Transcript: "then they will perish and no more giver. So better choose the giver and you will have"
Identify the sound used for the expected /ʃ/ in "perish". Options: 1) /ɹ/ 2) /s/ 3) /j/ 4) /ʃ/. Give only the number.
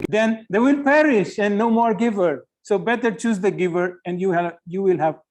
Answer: 4